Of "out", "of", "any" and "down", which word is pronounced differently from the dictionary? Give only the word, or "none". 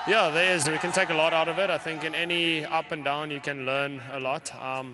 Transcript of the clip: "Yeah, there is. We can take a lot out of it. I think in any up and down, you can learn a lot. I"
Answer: none